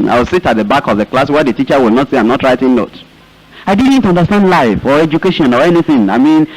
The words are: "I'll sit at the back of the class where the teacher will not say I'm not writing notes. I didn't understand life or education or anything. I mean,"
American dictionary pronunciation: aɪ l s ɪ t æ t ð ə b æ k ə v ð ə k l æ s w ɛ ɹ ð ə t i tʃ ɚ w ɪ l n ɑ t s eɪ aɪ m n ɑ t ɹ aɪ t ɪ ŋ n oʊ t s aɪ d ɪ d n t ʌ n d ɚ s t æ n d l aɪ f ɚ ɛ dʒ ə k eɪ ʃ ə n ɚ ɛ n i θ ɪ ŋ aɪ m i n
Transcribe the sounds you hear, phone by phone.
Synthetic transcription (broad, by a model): aɪ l s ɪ t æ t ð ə b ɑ k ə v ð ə k l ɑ s w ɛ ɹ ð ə t i tʃ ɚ w ɪ l n ɑ t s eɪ aɪ m n ɑ t ɹ aɪ t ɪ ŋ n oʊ t aɪ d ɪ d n t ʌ n d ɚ s t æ n d l aɪ f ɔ ɛ dʒ ə k eɪ ʃ ə n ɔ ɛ n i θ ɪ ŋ aɪ m i n